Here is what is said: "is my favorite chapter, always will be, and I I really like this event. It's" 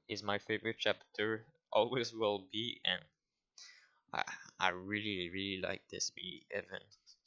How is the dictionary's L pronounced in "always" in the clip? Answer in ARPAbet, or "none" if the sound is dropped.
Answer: L